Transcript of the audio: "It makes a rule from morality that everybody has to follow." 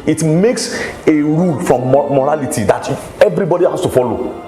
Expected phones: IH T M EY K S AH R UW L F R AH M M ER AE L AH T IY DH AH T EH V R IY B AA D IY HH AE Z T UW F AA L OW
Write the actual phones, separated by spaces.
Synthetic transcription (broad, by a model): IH T M EY K S AH R UW L F R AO M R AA L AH T IY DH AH T EH V R IY B AA D IY HH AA S T UW F AA L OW